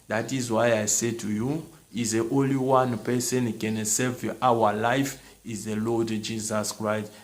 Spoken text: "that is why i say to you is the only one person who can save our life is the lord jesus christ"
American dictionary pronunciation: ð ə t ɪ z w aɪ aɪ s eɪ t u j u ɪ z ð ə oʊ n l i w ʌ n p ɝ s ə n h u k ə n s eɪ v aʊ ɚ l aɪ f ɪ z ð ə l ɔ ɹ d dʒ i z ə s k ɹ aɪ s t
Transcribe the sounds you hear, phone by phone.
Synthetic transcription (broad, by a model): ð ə t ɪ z w aɪ aɪ s eɪ t u j u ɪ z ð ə oʊ n l i w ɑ n p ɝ s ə n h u k ə n s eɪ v aʊ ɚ l aɪ f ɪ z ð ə l ɔ d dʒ i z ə s k ɹ aɪ s t